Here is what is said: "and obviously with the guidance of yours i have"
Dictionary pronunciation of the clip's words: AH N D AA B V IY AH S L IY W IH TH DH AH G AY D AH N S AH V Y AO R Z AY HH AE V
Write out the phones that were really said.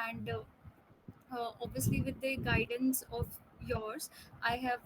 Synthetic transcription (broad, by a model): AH N D AA B V IY AH S L IY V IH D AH G AY D AH N S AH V Y AO R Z AY HH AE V